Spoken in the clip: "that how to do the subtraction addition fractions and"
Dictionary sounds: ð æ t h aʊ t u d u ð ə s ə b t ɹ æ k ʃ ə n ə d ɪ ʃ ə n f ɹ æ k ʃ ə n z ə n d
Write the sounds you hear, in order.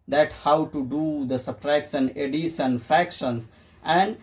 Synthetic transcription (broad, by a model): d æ t h aʊ t u d u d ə s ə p ɹ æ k s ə n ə d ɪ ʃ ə n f ɹ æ k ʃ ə n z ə n d